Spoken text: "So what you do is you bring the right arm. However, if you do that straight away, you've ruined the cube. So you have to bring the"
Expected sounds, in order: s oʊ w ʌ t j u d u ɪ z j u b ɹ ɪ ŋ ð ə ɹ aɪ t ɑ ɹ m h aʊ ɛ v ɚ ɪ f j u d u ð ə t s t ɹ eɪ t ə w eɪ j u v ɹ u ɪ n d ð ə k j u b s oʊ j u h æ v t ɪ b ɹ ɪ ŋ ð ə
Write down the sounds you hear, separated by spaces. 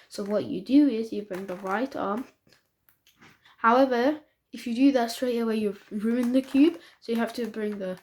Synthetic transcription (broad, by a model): s oʊ w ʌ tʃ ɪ d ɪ ɪ z j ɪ b ɹ ɪ ŋ ð ə ɹ aɪ t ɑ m h aʊ ɛ v ɚ ɪ f j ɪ d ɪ ð ə t s t ɹ eɪ t ə w eɪ j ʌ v ɹ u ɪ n ð ə k j u b s oʊ j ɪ h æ f t ɪ b ɹ ɪ ŋ ð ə